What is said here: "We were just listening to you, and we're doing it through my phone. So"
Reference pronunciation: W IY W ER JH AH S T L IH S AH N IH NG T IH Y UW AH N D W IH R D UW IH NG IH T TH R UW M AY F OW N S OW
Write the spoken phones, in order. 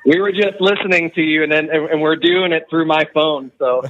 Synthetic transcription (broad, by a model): W IY W ER JH AH S T L IH S AH N IH NG T IH Y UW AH N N W IH R D UW IH NG IH T TH R UW M AY F OW N S OW